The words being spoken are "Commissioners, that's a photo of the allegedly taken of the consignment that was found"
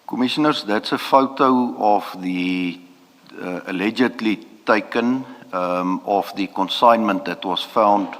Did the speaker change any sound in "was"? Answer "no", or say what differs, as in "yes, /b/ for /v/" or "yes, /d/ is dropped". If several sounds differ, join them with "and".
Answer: yes, /s/ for /z/